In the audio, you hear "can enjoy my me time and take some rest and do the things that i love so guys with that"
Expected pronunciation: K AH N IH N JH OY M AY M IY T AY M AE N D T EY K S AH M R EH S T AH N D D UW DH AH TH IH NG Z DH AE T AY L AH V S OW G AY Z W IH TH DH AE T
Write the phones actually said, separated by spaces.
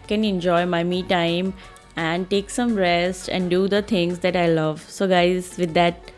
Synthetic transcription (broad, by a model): K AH N IH N JH OY M AY M IY T AY M AE N D T EY K S AH M R EH S T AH N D D UW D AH T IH NG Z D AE T AY L AH V S OW G AY Z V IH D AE T